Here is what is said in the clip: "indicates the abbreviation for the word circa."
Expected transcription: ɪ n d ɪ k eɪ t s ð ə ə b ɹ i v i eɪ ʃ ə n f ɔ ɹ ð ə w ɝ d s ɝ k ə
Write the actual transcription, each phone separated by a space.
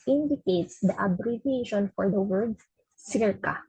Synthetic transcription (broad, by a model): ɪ n d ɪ k eɪ t s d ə ə b ɹ i v i eɪ ʃ ə n f ɔ ɹ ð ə w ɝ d s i k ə